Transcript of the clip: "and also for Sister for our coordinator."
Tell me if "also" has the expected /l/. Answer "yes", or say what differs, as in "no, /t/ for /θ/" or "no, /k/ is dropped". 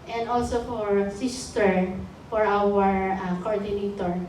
yes